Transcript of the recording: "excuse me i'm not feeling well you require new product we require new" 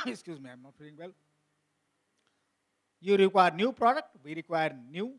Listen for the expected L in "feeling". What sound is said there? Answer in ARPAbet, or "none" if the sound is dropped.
none